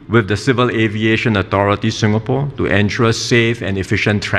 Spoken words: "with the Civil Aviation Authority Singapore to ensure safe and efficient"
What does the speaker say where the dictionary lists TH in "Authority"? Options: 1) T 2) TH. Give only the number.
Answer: 1